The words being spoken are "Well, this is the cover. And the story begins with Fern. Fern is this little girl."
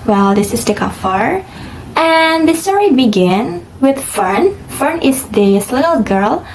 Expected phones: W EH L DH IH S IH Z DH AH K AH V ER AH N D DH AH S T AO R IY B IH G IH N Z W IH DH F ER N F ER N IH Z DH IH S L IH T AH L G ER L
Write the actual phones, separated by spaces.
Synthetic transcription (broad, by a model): W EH L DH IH S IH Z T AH K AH F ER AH N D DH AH S T AO R IY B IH G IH N W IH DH F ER N F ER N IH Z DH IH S L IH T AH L G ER L